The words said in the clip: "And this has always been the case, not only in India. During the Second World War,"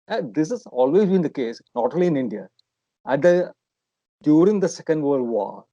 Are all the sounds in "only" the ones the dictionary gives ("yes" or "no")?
no